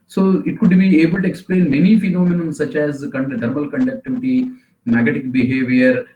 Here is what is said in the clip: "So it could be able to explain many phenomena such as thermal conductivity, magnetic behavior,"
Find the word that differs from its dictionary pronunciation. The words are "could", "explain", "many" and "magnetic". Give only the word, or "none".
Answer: magnetic